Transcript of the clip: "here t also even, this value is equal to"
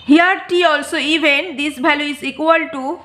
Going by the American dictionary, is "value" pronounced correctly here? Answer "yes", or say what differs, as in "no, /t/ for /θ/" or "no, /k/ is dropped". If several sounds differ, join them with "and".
no, /b/ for /v/